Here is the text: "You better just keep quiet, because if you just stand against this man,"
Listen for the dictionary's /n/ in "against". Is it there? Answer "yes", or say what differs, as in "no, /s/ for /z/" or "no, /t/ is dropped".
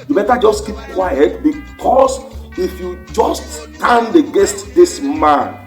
no, /n/ is dropped